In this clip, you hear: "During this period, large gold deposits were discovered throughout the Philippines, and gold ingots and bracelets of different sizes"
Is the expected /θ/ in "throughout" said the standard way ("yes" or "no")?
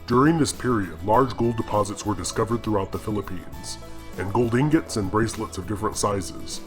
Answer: yes